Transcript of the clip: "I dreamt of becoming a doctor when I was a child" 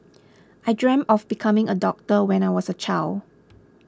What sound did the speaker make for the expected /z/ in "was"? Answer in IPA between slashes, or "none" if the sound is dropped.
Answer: /s/